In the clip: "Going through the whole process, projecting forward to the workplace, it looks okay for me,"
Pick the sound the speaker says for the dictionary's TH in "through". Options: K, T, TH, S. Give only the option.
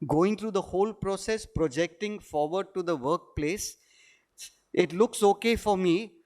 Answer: T